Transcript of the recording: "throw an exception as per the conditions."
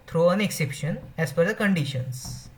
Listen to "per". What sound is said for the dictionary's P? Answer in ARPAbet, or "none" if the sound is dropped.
F